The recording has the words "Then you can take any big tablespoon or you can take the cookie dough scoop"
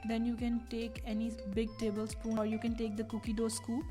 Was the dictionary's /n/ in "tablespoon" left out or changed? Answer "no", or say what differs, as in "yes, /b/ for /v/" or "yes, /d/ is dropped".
yes, /n/ is dropped